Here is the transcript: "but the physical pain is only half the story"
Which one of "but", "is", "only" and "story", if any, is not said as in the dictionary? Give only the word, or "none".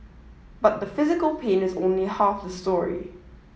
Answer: none